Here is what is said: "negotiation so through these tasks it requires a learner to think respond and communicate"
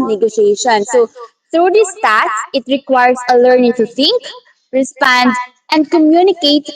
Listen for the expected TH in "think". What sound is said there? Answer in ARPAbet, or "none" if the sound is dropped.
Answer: T